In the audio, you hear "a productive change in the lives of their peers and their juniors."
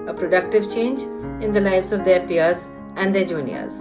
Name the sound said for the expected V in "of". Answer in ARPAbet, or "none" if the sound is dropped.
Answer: V